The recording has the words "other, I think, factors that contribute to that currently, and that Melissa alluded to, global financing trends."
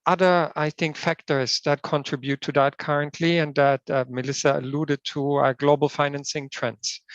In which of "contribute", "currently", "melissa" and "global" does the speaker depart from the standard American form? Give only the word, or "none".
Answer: none